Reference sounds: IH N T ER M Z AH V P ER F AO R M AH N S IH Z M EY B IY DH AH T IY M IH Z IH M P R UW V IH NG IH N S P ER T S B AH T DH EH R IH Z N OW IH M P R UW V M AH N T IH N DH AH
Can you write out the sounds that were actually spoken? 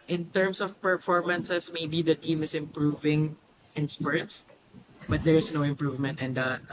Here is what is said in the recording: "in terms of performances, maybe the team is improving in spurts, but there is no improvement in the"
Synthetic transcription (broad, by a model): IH N T ER M S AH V P ER F AO R M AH N S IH S M EY B IY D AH T IY M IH S IH M P R UW V IH NG IH N S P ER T S B AH T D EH R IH S N OW IH M P R UW V M AH N T IH N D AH